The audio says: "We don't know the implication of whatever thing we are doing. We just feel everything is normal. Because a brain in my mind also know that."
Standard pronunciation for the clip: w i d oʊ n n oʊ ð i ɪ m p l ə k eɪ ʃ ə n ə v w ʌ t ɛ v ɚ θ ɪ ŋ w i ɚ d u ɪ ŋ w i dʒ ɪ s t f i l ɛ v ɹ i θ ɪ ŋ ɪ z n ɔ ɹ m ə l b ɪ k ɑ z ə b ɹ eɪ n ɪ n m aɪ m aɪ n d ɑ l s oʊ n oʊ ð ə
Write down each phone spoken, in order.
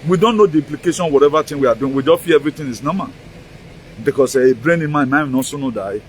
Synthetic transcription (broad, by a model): w i d oʊ n n oʊ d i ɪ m p l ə k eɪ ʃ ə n w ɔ t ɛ v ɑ t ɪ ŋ w i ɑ d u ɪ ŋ w i dʒ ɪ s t f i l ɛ v ɹ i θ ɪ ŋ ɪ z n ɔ m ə n b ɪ k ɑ s ə b ɹ eɪ n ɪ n m aɪ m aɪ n ɑ s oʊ n oʊ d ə